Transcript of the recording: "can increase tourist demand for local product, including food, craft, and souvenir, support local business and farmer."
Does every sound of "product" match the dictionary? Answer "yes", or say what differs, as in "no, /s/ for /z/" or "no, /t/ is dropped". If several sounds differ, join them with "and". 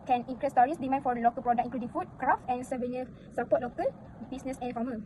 no, /t/ is dropped